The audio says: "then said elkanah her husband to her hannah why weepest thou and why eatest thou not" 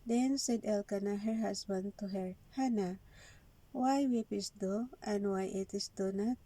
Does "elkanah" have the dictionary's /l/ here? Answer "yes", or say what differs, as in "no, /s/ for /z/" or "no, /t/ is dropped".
yes